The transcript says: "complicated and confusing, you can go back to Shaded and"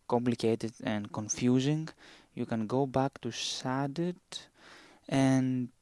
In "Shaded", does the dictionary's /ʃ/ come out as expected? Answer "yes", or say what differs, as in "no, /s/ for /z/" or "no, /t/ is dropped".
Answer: no, /s/ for /ʃ/